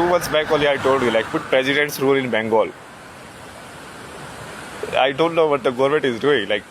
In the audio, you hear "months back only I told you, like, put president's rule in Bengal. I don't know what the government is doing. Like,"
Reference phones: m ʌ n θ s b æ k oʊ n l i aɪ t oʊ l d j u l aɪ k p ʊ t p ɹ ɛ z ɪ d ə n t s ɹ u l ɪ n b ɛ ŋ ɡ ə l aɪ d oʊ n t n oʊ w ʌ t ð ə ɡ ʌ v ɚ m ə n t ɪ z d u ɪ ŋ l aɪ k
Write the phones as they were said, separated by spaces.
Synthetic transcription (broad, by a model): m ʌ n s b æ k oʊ l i aɪ t oʊ l d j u l aɪ k p ʊ t p ɹ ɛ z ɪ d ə n t s ɹ u l ɪ n b ɛ ŋ ɡ ə l aɪ d oʊ n t n oʊ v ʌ t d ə ɡ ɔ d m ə t ɪ z d u ɪ ŋ l aɪ k